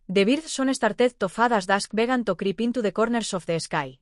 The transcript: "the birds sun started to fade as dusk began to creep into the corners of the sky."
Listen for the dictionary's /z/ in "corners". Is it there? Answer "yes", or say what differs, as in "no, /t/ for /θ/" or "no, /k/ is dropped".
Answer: no, /s/ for /z/